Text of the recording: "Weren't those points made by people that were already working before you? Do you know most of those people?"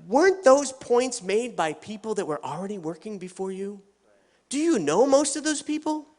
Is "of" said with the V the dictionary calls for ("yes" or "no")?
yes